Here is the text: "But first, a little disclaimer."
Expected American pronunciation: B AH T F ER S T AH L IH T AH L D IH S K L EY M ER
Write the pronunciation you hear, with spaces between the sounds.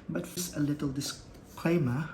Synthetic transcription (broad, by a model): B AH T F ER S AH L IH T AH L D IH S K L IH M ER